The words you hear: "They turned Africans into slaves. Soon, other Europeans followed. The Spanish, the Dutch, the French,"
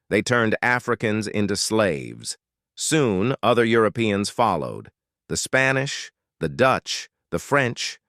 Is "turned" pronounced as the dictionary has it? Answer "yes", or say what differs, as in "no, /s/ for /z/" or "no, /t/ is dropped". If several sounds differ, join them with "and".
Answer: yes